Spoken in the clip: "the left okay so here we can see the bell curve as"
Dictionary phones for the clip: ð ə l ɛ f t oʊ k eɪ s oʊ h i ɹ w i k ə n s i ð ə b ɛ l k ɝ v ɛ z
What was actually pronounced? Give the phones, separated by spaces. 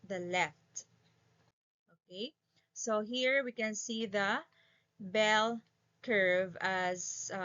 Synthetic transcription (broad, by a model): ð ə l ɛ f t oʊ k eɪ s oʊ h i ɹ w i k ə n s i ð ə b ɛ l k ɝ v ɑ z